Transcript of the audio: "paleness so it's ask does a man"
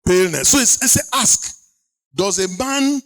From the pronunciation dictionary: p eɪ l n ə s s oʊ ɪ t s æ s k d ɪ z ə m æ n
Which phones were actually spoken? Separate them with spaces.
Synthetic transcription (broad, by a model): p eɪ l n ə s s oʊ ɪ s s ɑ s k d ɪ z ə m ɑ n